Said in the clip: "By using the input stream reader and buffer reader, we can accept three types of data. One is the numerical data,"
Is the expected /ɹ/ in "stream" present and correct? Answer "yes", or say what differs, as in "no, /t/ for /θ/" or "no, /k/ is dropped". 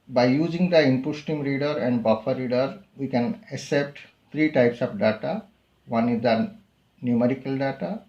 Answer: no, /ɹ/ is dropped